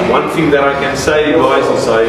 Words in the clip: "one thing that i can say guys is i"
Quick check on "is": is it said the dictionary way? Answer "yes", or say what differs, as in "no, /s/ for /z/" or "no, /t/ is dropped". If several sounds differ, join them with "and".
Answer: no, /s/ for /z/